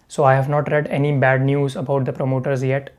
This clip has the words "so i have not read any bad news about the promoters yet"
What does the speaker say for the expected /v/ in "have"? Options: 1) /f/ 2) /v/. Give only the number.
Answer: 2